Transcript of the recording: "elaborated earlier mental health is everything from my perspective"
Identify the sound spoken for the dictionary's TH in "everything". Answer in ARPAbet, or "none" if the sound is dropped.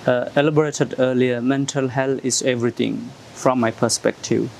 T